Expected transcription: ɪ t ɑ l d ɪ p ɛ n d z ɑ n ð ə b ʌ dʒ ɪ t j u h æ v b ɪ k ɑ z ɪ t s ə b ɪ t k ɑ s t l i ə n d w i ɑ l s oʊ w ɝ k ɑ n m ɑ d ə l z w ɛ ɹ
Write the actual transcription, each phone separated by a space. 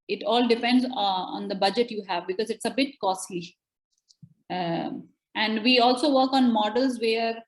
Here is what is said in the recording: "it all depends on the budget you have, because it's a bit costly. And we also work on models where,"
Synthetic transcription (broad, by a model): ɪ t ɑ l d ɪ p ɛ n d z ɑ n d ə b ʌ dʒ ɪ t j u h æ v b ɪ k ɑ z ɪ t s ə b ɪ t k ɑ s t l i ə n d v i ɑ l s oʊ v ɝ k ɑ n m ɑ d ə l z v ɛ ɹ